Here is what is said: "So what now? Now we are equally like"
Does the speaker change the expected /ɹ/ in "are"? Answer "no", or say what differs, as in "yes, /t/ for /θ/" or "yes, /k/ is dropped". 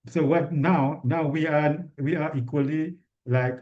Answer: yes, /w/ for /ɹ/